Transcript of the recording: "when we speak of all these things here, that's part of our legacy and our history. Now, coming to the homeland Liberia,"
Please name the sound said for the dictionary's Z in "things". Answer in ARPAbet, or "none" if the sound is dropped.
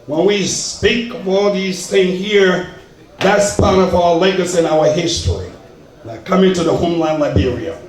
none